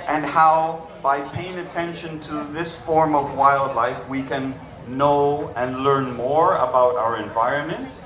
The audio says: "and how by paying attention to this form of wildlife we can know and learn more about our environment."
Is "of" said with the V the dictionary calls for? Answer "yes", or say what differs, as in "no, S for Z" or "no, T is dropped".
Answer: yes